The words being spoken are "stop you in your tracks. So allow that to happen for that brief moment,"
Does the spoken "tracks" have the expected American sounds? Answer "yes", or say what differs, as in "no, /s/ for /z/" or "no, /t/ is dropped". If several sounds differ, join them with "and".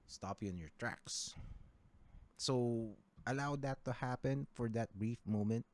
yes